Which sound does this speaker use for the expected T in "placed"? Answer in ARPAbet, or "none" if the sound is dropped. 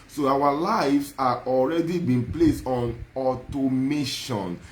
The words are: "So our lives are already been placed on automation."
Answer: T